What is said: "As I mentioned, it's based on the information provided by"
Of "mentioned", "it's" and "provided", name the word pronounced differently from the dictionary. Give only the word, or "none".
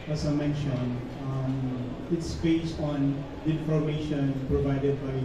mentioned